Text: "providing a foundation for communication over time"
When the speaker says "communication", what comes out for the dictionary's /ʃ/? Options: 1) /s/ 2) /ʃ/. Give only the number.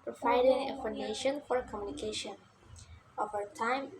2